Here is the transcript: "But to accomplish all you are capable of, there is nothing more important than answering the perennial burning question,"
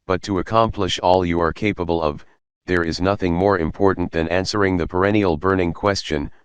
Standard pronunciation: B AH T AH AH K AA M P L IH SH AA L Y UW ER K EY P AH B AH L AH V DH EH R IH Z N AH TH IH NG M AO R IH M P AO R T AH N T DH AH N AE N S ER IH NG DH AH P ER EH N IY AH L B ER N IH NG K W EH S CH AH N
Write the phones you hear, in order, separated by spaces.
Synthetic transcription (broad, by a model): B AH T AH AH K AA M P L IH SH AA L Y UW ER K EY P AH B AH L AH V DH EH R IH Z N AH TH IH NG M AO R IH M P AO R T N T DH AH N AE N S ER IH NG DH AH P ER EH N IY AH L B ER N IH NG K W EH S CH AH N